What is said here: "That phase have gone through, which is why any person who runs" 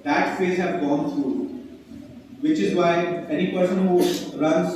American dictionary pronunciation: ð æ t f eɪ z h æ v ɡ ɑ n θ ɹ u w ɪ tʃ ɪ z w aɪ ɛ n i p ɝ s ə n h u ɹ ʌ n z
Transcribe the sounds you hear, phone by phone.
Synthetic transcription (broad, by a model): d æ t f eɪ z h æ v ɡ ɑ n t ɹ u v ɪ tʃ ɪ z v aɪ ɛ n i p ɝ s ə n h u ɹ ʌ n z